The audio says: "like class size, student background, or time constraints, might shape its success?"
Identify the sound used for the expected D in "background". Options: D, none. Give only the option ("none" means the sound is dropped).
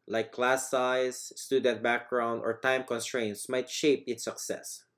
D